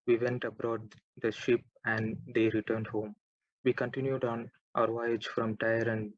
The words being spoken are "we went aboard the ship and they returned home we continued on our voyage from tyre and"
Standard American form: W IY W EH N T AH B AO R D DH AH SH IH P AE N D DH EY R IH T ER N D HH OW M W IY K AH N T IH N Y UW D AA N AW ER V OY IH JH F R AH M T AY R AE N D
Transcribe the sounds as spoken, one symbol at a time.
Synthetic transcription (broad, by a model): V IY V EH N T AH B AO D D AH SH IH P AE N D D EY R IH T ER N D HH OW M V IY K AH N T IH N Y UW D AA N AW ER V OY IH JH F R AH M T AY R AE N D